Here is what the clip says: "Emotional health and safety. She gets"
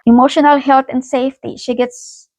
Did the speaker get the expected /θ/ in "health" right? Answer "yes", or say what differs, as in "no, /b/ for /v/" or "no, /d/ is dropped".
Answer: no, /t/ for /θ/